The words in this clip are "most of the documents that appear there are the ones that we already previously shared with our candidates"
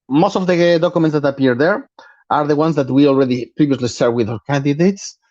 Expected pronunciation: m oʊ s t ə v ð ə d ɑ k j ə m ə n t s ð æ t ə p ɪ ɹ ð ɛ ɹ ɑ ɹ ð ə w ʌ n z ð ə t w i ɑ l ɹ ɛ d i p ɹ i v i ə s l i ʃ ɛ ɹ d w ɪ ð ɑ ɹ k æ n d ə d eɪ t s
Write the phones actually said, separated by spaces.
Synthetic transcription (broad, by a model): m oʊ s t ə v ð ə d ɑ k j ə m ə n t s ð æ t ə p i ɹ ð ɛ ɹ ɑ ɹ ð ə w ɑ n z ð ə t w i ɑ l ɹ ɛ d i p ɹ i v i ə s l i s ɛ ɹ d w ɪ ð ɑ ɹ k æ n d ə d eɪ t s